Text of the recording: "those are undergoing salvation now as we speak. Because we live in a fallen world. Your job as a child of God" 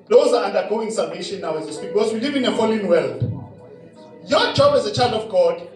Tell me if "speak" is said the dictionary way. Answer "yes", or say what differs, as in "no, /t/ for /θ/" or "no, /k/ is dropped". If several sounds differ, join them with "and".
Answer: no, /p/ is dropped